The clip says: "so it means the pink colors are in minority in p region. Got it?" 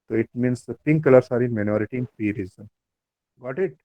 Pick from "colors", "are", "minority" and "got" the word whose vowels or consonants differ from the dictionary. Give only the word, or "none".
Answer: colors